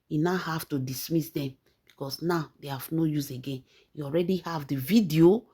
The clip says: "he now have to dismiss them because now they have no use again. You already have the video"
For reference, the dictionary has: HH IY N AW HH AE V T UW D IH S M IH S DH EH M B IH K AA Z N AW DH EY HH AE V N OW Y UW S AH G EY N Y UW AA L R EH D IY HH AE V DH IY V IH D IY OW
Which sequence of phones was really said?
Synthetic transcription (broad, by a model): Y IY N AW HH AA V T UW D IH S M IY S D EH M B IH K AA S N AW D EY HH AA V N OW Y UW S AH G EY N Y UW AA L R EH D IY HH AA V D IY V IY D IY OW